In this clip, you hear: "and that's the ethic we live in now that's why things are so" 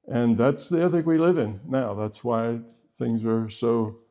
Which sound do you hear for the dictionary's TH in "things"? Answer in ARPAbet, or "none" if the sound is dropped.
TH